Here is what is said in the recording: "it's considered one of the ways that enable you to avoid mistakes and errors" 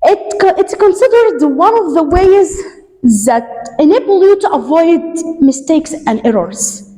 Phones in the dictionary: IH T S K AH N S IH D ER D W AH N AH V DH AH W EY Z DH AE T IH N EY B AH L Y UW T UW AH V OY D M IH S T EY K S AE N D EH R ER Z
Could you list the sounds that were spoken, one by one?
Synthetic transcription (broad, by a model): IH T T K AH N S IH D ER D W AH N AH V DH AH W EY Z DH AE T IH N EY B AH L Y UW T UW AH V OY D M IH S T EY K S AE N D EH R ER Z